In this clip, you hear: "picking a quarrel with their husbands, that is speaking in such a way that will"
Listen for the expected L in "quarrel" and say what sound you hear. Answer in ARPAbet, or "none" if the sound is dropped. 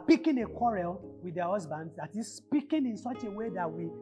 L